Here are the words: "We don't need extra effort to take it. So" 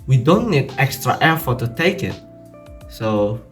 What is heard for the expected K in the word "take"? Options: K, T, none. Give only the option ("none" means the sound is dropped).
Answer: K